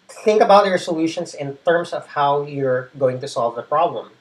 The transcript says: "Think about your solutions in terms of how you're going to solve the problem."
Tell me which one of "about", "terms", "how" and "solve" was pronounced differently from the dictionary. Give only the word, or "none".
terms